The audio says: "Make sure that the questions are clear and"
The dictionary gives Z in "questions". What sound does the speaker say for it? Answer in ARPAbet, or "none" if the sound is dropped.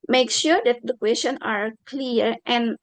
none